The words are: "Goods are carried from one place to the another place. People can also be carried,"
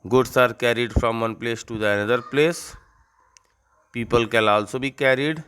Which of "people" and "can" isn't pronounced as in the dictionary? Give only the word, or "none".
can